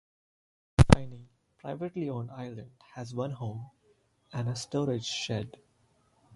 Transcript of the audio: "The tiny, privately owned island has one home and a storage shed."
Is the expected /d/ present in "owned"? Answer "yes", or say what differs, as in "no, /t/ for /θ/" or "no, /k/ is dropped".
no, /d/ is dropped